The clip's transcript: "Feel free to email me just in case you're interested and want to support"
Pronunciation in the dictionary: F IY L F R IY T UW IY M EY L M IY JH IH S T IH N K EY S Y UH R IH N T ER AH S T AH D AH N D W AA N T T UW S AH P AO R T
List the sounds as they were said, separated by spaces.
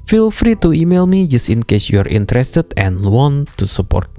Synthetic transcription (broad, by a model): F IY L F R IY T UW IY M EY L M IY JH IH S T IH N K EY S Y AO R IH N T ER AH S T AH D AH N W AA N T T UW S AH P AO R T